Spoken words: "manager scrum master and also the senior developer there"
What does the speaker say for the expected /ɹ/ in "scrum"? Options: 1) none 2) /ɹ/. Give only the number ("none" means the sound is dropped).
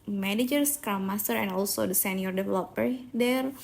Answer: 1